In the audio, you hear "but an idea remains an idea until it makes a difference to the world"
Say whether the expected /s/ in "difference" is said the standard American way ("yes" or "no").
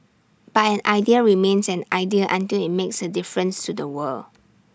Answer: yes